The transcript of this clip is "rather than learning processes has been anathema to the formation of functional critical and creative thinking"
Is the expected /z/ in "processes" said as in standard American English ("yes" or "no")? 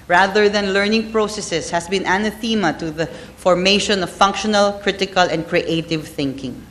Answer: no